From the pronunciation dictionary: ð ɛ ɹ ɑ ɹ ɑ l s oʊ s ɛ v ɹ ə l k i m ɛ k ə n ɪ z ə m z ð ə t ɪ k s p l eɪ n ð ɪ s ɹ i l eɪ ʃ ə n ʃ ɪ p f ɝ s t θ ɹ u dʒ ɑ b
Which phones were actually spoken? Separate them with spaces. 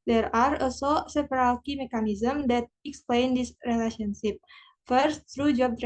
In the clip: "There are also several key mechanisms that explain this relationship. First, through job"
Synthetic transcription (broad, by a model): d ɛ ɹ ɑ ɹ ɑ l s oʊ s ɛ p ɹ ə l k i m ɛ k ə n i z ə m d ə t ɪ k s p l eɪ n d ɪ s ɹ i l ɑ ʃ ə n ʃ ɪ p f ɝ s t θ ɹ u dʒ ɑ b